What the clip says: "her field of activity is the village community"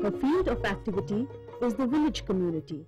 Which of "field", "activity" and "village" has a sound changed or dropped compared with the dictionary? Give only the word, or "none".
none